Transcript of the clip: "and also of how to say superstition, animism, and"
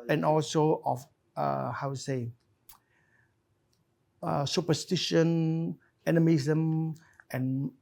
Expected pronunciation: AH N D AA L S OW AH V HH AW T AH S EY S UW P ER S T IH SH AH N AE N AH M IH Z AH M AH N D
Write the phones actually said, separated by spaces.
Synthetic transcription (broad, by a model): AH N AA L S OW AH F HH AW S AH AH S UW P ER S T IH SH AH N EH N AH M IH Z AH M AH N